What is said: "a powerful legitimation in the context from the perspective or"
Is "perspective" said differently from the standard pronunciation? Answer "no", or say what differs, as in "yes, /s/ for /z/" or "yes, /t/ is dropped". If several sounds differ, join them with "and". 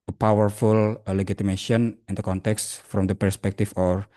yes, /f/ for /v/